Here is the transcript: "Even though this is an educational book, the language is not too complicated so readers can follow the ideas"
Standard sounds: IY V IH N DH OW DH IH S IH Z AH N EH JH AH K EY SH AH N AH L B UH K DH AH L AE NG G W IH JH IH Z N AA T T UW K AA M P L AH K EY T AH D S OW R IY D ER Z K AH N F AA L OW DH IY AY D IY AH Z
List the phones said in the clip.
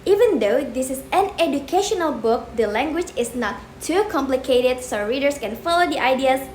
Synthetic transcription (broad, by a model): IY V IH N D OW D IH S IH S AH N EH JH AH K EY SH AH N AH L B UH K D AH L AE NG G W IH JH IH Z N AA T T UW K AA M P L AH K EY T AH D S OW R IY D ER S K AH N F AA L OW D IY AY D IY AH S